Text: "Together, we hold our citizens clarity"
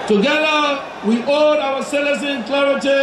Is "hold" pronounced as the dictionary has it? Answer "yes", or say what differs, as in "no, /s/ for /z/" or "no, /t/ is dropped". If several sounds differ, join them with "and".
no, /l/ is dropped